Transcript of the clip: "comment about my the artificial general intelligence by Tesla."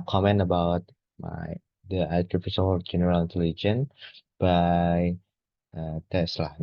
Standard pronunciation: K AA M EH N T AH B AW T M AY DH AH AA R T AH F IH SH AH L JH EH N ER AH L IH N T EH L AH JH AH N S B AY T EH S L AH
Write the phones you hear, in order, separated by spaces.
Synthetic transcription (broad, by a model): K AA M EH N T AH B AW T M AY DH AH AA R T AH F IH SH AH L JH EH N ER AH L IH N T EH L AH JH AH N B AY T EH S L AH